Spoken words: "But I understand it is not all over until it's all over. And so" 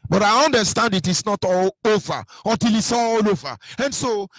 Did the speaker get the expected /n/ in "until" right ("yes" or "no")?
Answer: no